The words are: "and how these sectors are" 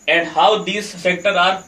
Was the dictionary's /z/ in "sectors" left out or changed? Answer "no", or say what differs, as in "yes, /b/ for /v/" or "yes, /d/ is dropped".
yes, /z/ is dropped